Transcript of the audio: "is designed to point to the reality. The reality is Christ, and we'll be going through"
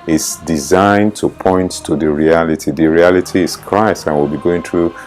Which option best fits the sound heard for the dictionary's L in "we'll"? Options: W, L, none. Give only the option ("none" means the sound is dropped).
L